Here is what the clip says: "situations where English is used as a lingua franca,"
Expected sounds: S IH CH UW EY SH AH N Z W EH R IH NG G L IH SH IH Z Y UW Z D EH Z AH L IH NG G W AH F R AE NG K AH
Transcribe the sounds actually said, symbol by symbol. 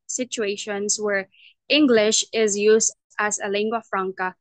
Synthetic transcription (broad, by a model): S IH CH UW EY SH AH N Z W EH R IH NG G L IH SH IH Z Y UW Z D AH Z AH L IH NG G W AH F R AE NG K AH